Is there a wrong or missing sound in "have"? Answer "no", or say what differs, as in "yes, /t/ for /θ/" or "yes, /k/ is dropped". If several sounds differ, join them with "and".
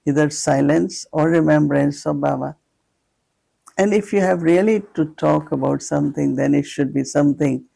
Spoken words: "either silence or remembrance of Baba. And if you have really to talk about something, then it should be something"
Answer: no